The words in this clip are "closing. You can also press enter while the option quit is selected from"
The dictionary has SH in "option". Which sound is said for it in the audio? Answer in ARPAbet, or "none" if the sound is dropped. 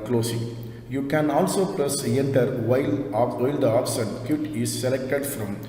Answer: S